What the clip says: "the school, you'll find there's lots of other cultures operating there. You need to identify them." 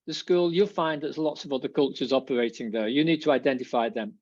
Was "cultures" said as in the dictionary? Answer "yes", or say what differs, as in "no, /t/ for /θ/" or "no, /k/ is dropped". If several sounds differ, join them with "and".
yes